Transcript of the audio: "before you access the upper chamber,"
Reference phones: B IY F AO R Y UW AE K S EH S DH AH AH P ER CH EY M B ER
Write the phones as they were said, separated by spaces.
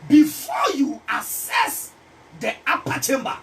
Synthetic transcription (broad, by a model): B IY F AO Y UW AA S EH S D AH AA P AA CH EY M B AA